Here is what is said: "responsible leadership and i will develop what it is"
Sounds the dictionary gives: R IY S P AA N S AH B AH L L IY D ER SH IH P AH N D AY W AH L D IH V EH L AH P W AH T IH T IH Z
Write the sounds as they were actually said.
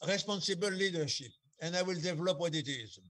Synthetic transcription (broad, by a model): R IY S P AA N S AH B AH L L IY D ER SH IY P AH N D AY W AH L D IH V EH L AH P W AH T IH T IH Z